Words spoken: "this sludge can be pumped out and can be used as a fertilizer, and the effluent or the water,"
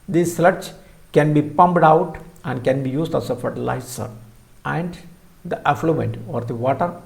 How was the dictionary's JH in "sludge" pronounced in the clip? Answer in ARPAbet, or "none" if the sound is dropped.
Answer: CH